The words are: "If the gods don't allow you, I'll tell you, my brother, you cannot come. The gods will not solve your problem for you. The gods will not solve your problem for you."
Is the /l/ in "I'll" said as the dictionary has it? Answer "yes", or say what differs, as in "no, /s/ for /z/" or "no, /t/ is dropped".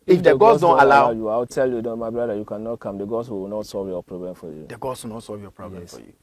no, /w/ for /l/